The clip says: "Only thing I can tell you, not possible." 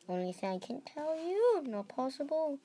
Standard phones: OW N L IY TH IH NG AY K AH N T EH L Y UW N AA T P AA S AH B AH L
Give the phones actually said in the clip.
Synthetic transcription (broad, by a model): OW N L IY S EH AY K AH N T EH L Y UW N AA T P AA S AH B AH L